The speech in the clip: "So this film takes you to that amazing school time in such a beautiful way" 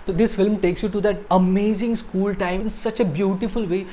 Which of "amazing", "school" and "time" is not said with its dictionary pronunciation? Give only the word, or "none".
time